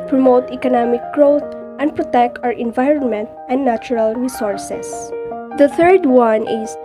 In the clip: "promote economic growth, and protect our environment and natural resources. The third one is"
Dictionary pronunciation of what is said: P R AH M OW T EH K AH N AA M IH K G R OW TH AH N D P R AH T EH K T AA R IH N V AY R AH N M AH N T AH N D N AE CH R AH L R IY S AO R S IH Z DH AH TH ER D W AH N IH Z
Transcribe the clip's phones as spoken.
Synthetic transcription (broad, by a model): P R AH M OW T EH K AH N AA M IH K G R OW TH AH N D P R AH T EH K T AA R IH N V AY R AH N M AH N T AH N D N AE CH R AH L R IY S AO R S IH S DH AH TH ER D W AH N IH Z